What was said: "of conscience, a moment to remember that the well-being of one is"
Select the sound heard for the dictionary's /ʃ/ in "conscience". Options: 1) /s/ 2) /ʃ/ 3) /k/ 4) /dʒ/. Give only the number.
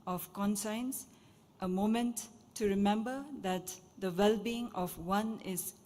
1